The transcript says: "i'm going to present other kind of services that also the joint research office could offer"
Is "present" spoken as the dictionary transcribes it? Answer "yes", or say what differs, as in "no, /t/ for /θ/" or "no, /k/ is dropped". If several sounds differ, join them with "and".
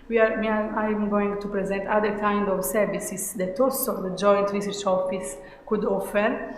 yes